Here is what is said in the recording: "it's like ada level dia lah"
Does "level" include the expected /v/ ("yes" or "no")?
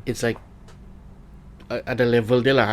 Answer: yes